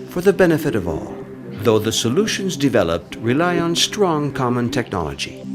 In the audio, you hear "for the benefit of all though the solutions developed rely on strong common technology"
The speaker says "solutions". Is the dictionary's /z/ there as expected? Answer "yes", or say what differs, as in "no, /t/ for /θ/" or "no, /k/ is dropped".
yes